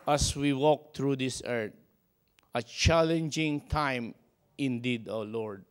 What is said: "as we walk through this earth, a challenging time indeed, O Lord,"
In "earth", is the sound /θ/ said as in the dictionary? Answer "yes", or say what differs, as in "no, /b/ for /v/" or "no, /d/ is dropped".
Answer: no, /t/ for /θ/